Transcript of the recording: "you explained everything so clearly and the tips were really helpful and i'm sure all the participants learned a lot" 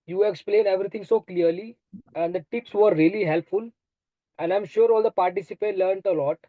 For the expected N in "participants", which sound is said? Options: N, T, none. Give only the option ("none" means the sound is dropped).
none